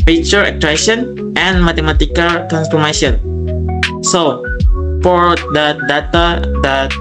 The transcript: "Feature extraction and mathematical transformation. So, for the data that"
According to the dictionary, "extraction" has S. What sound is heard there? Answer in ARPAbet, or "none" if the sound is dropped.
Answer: none